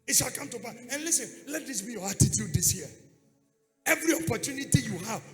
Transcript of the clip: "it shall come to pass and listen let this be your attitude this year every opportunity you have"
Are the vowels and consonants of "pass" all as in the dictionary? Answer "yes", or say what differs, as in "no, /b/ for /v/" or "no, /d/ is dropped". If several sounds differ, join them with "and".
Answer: no, /s/ is dropped